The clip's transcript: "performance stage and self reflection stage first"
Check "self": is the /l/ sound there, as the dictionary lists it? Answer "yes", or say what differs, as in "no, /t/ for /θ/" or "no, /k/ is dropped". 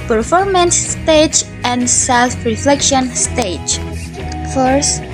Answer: yes